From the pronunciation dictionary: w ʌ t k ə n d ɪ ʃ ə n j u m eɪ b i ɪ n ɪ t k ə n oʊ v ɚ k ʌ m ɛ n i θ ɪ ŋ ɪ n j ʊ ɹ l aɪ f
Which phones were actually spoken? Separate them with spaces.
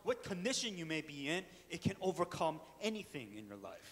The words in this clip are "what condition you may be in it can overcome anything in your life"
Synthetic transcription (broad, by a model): w ʌ t k ə n d ɪ ʃ ə n j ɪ m eɪ b i ɪ n ɪ t k ə n oʊ v ɚ k ʌ m ɛ n i θ ɪ ŋ ɪ n j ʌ ɹ l aɪ f